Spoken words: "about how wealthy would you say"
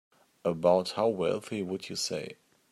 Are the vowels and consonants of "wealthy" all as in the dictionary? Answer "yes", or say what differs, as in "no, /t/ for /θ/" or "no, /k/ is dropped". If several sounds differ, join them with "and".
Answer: yes